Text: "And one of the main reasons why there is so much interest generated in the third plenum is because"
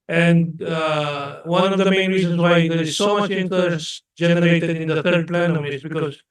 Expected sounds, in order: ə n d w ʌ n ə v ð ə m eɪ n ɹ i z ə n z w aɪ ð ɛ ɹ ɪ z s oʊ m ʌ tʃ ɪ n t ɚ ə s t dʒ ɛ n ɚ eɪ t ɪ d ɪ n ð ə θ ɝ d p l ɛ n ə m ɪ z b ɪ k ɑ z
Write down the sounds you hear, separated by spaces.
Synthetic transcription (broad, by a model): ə n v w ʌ n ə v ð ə m eɪ n ɹ i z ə n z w aɪ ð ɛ ɹ ɪ z s oʊ m ʌ tʃ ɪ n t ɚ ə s dʒ ɛ n ɚ eɪ t ɪ d ɪ n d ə t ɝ d p l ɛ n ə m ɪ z b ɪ k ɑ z